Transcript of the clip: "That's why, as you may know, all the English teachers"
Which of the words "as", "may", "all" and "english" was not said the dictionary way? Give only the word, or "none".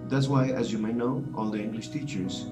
none